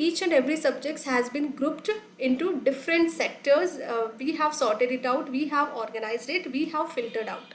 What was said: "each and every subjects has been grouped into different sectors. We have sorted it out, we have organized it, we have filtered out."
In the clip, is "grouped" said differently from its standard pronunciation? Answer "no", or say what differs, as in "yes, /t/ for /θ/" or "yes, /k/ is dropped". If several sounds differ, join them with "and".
no